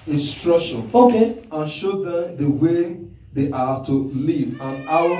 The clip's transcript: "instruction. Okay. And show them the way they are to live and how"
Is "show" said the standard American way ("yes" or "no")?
yes